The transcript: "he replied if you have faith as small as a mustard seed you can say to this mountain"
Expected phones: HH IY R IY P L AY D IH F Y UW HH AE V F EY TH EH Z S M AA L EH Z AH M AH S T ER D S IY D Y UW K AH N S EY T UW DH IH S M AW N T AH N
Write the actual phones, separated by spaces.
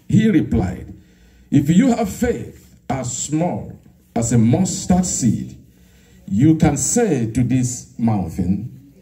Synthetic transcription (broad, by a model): HH IY R IY P L AY D IH F Y UW HH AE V F EY TH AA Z S M AA L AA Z AH M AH S T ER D S IY D Y UW K AH N S EY T UW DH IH S M AW N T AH N